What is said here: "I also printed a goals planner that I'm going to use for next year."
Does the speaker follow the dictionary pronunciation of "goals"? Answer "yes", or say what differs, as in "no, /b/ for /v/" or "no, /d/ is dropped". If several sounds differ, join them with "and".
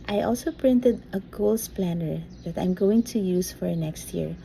no, /s/ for /z/